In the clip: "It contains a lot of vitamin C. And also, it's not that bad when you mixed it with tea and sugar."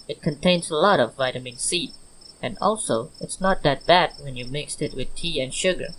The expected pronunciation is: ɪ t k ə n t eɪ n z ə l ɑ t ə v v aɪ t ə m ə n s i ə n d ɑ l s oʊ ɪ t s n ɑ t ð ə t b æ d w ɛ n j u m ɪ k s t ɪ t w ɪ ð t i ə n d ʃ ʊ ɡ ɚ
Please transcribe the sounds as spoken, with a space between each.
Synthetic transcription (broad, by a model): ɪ t k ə n t eɪ n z ə l ɑ t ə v v aɪ t ə m ə n s i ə n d ɑ l s oʊ ɪ t s n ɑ t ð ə t b æ d w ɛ n j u m ɪ k s t ɪ t w ɪ ð t i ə n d ʃ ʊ ɡ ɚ